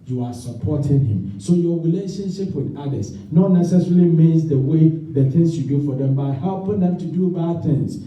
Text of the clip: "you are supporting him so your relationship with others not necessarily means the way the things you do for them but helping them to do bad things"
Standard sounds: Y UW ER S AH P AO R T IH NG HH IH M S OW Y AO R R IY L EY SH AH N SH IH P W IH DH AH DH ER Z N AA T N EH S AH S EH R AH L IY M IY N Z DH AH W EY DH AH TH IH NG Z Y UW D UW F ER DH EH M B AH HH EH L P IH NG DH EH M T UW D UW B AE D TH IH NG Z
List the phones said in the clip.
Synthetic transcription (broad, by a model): Y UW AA S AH P AO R T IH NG HH IH M S OW Y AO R R IY L EY SH AH N SH IH P W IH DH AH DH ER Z N AA T N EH S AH S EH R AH L IY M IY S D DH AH W EY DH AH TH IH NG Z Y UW D UW F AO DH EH M B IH HH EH L P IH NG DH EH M T UW D UW B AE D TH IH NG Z